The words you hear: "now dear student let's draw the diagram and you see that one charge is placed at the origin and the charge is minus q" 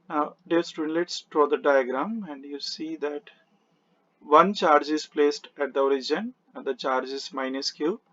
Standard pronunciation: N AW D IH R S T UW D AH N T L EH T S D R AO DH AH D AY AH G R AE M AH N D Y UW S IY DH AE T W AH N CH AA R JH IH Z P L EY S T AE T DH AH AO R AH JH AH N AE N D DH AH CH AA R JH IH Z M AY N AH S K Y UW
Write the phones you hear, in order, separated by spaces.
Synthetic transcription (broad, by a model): N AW D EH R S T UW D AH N L EH T S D R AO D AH D AY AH G R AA M AH N D Y UW S IY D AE T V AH N CH AA R JH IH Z P L EY S T AE T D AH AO R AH JH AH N N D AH CH AA R JH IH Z M AY N AH S K Y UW